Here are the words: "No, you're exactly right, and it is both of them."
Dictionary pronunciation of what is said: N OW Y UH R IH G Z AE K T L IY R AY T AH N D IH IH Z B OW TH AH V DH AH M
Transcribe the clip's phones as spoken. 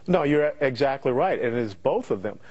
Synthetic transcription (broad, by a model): N OW Y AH R IH G Z AE K T L IY R AY T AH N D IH IH Z B OW TH AH V DH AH M